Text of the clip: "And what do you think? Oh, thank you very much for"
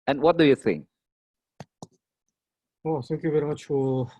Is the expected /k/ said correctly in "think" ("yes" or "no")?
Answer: no